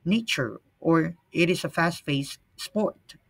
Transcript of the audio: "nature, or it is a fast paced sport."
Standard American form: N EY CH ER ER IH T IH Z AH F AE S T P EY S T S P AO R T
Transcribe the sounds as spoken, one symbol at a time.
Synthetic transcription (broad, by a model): N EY CH ER ER IH T IH Z AH F AE S T F EY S S P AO R T